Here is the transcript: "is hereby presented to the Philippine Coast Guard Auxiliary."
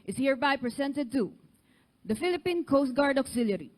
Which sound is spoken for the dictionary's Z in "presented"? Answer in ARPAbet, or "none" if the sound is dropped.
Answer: S